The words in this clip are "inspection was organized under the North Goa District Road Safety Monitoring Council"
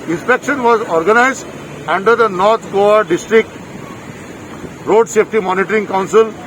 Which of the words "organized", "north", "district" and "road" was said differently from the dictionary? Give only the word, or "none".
north